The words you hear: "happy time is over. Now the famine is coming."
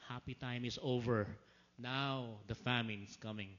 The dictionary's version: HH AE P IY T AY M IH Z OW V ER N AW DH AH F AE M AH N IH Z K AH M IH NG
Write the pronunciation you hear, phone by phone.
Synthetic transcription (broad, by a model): HH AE P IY T AY M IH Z OW V ER N AW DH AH F AE M AH N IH S K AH M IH NG